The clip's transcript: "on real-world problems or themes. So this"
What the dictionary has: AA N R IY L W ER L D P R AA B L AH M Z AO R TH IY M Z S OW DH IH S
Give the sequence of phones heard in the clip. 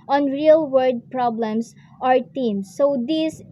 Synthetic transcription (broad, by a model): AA N R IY L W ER D P R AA B L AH M S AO R T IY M S OW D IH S